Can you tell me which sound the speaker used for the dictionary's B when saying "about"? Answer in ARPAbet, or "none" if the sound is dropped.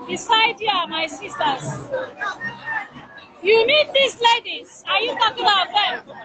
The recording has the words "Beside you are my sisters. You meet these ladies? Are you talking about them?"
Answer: none